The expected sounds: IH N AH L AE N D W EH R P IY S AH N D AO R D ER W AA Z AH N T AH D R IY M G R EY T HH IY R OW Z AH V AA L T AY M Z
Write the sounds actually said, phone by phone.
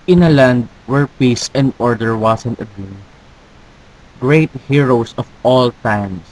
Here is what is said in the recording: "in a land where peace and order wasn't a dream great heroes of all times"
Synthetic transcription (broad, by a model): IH N AH L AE N D W EH R P IY S AH N D AO R D ER W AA S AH N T AH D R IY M G R EY T HH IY R OW S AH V AA L T AY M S